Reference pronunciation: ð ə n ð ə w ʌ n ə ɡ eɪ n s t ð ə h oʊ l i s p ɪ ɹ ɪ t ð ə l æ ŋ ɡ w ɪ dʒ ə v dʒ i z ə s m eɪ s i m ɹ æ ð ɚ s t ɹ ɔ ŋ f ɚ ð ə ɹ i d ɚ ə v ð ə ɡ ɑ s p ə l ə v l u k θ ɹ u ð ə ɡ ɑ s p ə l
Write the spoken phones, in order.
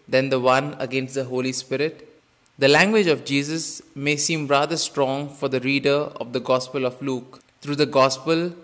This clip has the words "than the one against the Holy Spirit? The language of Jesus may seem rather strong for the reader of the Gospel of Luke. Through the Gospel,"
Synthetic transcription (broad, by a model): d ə n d ə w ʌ n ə ɡ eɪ n s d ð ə h oʊ l i s p ɪ ɹ ɪ t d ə l æ ŋ ɡ w ɪ dʒ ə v dʒ i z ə s m eɪ s i m ɹ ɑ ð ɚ s t ɹ ɔ ŋ f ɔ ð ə ɹ i d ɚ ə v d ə ɡ ɑ s p ə l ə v l u k t ɹ u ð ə ɡ ɑ s p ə l